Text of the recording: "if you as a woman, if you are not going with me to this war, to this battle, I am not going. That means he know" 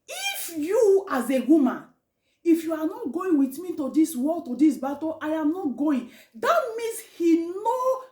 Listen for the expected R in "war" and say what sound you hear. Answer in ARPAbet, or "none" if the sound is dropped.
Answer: L